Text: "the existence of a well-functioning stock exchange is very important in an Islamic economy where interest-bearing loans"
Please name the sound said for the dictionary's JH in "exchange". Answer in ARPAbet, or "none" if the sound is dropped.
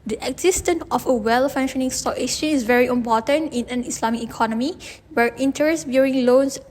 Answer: none